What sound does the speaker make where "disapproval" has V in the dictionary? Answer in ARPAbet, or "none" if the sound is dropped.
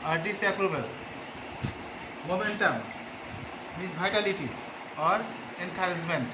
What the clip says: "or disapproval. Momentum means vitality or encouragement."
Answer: B